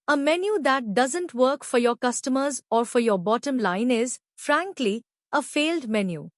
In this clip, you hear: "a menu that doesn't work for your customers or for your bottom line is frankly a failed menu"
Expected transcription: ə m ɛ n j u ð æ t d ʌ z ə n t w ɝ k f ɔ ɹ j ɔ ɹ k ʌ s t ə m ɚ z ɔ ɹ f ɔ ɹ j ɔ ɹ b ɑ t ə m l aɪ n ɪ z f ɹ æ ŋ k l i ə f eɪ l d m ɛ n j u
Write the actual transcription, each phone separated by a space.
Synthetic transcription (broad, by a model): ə m ɛ n j u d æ t d ʌ z ə n t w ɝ k f ɔ ɹ j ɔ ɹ k ʌ s t ə m ɚ z ɔ ɹ f ɔ ɹ j ɔ ɹ b ɑ t ə m l aɪ n ɪ z f ɹ æ ŋ k l i ə f eɪ l d m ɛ n j u